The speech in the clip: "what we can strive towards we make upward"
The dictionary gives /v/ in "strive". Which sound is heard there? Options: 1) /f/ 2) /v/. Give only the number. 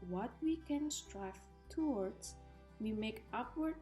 1